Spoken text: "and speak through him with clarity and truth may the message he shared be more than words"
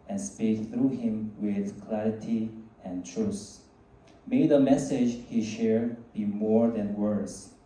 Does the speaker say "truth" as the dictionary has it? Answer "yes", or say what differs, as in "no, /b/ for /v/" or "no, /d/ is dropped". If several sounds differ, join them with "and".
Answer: no, /s/ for /θ/